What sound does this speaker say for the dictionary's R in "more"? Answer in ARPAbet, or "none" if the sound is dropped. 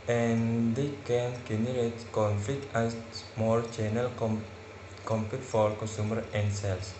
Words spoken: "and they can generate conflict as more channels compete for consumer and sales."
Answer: L